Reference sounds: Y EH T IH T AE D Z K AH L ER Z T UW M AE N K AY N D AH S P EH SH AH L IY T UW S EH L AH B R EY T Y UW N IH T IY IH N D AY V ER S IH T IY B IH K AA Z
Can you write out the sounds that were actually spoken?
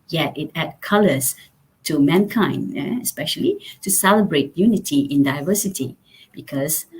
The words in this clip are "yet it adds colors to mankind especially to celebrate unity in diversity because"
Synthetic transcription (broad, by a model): Y EH T IH T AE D K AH L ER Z T UW M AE N K AY N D AH S P EH SH AH L IY T UW S EH L AH B R EY T Y UW N IH T IY IH N D AY V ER S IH T IY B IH K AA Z